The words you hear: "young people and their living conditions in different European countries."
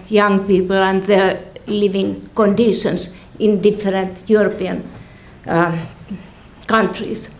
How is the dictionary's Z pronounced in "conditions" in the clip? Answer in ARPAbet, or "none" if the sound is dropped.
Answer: S